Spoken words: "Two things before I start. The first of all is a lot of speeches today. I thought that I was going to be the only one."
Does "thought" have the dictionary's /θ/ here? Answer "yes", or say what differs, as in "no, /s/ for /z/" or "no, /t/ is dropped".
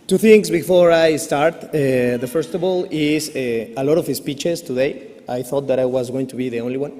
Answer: yes